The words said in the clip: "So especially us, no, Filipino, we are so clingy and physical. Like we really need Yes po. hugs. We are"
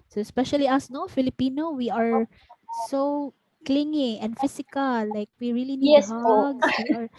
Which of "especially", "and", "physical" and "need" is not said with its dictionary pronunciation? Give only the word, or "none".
physical